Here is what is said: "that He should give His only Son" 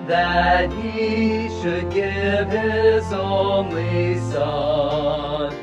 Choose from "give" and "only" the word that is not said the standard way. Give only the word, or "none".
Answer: only